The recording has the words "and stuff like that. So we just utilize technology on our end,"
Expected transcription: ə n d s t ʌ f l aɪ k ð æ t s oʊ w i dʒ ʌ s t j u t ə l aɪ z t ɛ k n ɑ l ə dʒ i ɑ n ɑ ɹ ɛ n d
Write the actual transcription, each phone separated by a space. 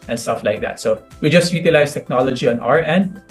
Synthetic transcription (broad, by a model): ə n s t ʌ f l aɪ k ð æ t s oʊ w i dʒ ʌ s t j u t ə l aɪ s t ɛ k n ɑ l ə dʒ i ɑ n ɑ ɹ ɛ n d